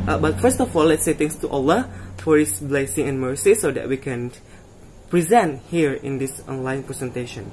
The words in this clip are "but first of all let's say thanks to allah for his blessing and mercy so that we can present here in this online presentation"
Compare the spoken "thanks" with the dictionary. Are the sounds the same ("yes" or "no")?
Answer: no